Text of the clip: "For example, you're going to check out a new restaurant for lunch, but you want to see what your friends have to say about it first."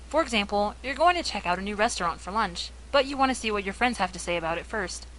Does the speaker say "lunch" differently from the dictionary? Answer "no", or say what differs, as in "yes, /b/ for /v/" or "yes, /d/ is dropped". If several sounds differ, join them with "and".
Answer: no